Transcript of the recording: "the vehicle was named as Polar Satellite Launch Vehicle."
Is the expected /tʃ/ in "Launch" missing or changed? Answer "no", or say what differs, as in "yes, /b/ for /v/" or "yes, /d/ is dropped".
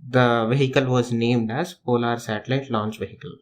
no